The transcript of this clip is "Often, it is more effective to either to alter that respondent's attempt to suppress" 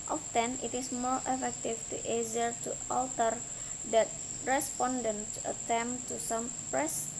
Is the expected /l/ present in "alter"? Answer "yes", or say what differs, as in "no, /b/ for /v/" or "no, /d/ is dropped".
yes